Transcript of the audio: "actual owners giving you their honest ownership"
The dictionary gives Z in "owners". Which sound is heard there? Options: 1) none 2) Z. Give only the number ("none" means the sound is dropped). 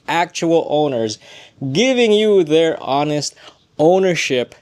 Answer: 2